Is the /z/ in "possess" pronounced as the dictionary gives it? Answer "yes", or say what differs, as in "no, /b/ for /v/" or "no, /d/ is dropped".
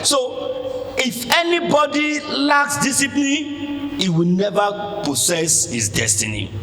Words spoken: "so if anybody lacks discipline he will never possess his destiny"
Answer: no, /s/ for /z/